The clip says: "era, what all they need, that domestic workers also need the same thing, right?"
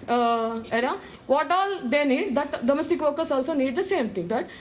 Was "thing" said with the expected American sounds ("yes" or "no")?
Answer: no